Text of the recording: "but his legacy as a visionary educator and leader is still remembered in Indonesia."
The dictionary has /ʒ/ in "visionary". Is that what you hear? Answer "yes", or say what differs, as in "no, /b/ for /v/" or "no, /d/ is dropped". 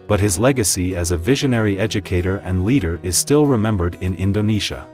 yes